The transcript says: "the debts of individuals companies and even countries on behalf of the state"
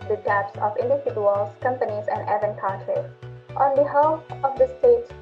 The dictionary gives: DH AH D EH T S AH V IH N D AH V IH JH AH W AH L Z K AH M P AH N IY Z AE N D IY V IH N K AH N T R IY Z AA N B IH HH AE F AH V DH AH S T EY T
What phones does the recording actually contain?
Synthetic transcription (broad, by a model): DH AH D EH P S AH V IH N D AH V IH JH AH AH L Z K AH M P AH N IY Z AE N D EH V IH N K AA T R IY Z AA N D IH HH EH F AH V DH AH S T EY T